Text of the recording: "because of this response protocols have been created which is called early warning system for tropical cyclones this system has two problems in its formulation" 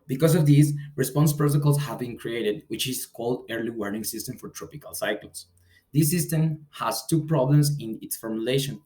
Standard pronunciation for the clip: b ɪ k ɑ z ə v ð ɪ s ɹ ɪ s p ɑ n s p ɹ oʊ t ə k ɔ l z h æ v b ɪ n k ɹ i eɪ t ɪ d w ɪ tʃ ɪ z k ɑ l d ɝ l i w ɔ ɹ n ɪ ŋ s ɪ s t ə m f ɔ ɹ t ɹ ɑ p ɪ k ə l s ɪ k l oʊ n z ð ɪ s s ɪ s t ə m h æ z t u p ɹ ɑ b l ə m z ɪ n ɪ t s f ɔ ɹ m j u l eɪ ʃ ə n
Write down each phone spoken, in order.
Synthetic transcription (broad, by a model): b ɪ k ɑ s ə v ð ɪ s ɹ ɪ s p ɑ n s p ɹ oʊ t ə k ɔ l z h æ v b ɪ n k ɹ i eɪ t ɪ d w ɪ tʃ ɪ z k ɑ l d ɝ l i w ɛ ɹ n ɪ ŋ s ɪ s t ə m f ɔ ɹ t ɹ ɑ p ɪ k ə l s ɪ k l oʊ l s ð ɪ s s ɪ s t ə m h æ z t u p ɹ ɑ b l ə m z ɪ n ɪ t s f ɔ ɹ m j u l eɪ ʃ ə n